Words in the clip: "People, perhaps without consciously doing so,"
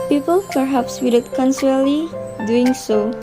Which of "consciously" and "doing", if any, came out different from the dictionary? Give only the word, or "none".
consciously